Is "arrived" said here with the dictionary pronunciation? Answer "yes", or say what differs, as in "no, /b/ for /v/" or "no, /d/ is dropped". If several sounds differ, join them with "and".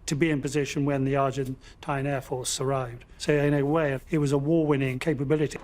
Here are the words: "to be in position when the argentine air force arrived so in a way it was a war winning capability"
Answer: yes